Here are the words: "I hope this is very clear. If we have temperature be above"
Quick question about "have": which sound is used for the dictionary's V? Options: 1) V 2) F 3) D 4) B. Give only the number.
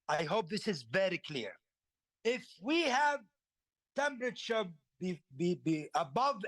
1